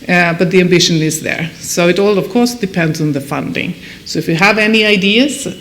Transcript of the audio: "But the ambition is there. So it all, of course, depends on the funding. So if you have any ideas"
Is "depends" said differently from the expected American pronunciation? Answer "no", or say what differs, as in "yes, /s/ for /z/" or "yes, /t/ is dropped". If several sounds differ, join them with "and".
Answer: no